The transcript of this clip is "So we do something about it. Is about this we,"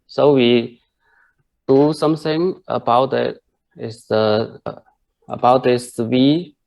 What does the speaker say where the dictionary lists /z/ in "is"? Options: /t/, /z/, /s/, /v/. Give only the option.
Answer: /s/